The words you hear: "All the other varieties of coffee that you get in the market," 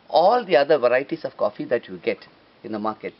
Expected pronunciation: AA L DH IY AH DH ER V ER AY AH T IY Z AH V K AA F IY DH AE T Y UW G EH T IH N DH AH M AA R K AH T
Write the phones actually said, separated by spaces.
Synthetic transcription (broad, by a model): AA L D IY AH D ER V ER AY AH T IY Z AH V K AA F IY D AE T Y UW G EH T IH N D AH M AA R K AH T